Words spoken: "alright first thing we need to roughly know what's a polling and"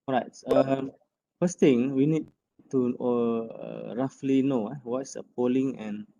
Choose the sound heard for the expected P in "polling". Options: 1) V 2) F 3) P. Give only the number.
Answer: 3